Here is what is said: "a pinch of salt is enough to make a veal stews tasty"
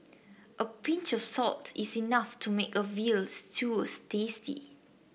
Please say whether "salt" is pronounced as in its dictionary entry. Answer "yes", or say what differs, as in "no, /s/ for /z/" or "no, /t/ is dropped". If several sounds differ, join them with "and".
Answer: yes